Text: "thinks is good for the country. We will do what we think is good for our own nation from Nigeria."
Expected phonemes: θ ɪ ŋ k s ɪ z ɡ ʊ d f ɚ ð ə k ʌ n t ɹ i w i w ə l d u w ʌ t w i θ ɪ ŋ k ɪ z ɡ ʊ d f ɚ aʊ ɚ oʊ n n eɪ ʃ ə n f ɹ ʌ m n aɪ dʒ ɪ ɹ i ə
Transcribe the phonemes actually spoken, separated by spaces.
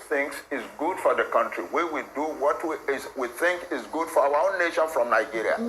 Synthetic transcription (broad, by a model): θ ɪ ŋ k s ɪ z ɡ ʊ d f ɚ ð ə k ʌ n t ɹ i w i w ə d u w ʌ t w i θ ɪ ŋ k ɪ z ɡ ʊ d f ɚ aʊ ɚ oʊ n n eɪ ʃ ə n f ɹ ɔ m n aɪ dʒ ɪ ɹ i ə